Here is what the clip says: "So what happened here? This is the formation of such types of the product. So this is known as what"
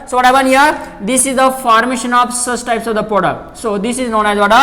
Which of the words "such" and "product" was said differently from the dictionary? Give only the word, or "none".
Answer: such